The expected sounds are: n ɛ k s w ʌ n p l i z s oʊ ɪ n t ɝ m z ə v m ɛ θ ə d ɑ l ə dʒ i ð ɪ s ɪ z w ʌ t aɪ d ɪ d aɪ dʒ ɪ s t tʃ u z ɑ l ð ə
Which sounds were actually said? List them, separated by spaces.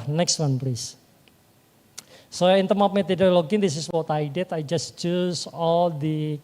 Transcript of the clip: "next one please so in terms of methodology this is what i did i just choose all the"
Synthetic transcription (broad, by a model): n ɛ k s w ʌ n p l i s s oʊ ɪ n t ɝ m ə p m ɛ t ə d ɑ l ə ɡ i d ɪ s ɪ s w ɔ t aɪ d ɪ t aɪ dʒ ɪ s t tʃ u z ɑ l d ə